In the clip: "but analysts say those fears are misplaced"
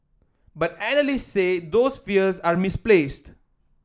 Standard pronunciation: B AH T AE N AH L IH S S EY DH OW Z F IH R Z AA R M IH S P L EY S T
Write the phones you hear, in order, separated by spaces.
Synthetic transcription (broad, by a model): B AH T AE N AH L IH S S EY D OW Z F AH R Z AA R M IH S P L EY S T